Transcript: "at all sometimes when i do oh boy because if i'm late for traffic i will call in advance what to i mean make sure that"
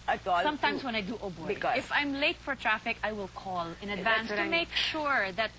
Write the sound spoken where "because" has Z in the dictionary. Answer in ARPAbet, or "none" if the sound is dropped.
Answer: none